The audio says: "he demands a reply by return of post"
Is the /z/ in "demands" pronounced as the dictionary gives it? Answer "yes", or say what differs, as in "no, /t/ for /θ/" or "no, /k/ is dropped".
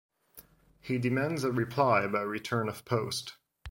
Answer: yes